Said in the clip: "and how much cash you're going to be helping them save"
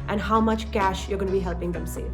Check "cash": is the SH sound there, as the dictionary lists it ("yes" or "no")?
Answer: yes